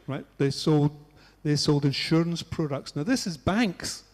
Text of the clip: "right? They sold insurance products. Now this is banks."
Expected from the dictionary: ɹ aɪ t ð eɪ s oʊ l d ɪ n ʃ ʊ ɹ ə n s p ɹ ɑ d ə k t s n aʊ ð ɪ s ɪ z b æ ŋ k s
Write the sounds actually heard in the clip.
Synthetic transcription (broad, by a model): ɹ aɪ t ð eɪ s oʊ l d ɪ n ʃ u ɹ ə n s p ɹ ɑ d ə k t s n aʊ ð ɪ s ɪ z b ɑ ŋ k s